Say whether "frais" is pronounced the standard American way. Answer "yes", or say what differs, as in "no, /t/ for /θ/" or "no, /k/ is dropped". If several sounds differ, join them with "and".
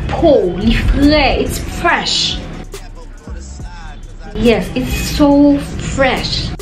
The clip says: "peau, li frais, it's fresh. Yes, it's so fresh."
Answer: no, /l/ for /ɹ/